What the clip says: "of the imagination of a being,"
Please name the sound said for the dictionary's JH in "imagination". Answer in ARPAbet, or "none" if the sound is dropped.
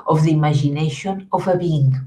ZH